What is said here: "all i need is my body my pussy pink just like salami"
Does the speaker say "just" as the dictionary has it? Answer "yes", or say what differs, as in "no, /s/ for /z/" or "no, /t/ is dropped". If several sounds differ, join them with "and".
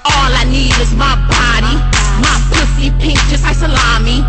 no, /tʃ/ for /dʒ/